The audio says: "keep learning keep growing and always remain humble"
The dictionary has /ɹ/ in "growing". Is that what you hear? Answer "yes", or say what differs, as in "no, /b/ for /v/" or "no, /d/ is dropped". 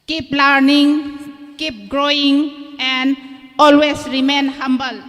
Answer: yes